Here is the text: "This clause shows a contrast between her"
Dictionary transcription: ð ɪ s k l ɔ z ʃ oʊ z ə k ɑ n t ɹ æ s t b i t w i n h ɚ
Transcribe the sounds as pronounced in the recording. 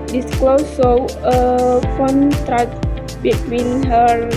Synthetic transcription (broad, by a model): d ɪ s k l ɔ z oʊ ə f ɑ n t ɹ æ t b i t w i n h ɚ